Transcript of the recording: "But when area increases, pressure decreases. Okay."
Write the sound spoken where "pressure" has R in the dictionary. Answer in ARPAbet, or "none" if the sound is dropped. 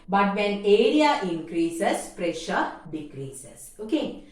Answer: R